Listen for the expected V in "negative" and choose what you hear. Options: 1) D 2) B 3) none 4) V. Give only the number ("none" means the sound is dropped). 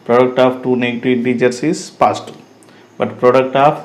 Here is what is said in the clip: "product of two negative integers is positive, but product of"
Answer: 3